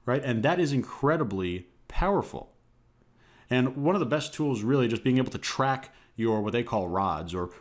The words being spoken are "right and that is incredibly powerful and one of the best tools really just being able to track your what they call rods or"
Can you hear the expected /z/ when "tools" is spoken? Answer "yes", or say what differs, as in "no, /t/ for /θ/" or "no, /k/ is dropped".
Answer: yes